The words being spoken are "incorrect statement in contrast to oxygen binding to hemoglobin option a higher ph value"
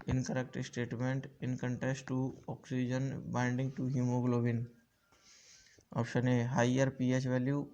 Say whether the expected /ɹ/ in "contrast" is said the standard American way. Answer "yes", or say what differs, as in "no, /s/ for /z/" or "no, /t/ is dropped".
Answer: no, /ɹ/ is dropped